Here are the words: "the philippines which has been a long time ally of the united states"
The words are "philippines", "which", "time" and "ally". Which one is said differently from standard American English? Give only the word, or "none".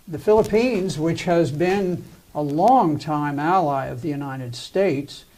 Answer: none